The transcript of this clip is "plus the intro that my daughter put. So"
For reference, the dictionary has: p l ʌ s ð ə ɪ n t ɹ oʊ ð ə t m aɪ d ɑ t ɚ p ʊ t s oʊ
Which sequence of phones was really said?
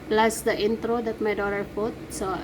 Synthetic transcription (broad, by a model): p l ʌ s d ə ɪ n t ɹ oʊ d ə t m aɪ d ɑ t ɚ f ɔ t s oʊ